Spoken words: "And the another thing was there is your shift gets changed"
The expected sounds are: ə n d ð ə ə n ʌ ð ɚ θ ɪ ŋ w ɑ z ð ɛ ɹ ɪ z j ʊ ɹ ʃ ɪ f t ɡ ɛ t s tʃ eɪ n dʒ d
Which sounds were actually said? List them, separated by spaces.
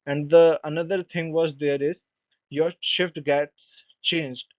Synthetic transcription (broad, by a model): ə n d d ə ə n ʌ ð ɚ t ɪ ŋ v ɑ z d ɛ ɹ ɪ z j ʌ ɹ ʃ ɪ f t ɡ ɛ t s tʃ eɪ n dʒ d